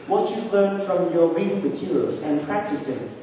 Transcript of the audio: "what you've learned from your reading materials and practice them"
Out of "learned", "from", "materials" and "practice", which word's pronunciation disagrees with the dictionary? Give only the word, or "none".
materials